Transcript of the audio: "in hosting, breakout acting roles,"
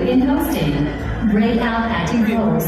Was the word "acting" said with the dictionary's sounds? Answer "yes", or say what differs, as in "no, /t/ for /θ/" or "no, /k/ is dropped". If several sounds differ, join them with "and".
no, /k/ is dropped